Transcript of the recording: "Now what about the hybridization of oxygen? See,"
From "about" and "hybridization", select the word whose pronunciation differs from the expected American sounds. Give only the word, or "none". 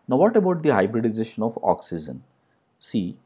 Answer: none